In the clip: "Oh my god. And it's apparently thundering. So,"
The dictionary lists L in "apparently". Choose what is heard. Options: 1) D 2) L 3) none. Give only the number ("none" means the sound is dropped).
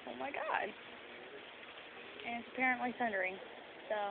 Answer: 2